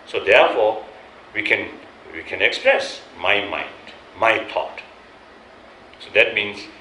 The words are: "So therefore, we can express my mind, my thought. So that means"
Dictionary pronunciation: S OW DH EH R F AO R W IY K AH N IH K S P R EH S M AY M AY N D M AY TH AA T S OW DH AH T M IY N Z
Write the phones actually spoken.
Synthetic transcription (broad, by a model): S OW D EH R F AO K W IY K AH N IH K S P R EH S M AY M AY N D M AY T AA T S OW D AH T M IY N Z